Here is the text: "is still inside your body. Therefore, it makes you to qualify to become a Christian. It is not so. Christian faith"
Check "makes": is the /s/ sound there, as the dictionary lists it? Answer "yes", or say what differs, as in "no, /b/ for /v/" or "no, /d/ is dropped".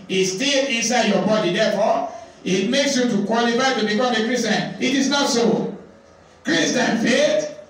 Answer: yes